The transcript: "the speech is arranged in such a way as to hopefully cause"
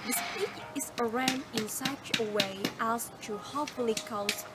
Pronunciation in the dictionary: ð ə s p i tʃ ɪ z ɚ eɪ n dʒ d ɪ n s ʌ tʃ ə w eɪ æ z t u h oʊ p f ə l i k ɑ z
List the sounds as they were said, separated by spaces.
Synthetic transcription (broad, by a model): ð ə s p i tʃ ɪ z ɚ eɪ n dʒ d ɪ n s ʌ tʃ ə w eɪ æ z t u h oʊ f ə l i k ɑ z